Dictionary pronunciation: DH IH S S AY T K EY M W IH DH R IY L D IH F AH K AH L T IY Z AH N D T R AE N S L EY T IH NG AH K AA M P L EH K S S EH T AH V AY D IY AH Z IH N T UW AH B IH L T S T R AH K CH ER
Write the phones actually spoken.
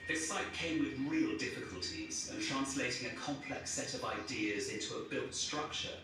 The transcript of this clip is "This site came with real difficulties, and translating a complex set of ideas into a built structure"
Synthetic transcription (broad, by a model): DH IH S S AY T K EY M W IH DH R IY L D IH F AH K AH L T IY Z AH N T R AE N S L EY T IH NG AH K AA M P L EH K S S EH T AH V AY D IY AH Z IH N T UW AH B IH L T S T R AH K CH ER